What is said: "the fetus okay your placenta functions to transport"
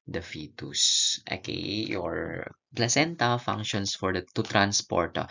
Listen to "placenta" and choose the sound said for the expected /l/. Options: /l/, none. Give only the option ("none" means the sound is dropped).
/l/